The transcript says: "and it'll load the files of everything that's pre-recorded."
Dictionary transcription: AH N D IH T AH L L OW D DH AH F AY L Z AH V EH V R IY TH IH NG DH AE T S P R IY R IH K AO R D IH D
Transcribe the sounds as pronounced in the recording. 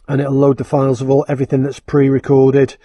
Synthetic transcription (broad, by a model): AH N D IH T AH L L OW D DH AH F AY L Z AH V EH V R IY TH IH NG DH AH T S P R IY R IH K AO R D IH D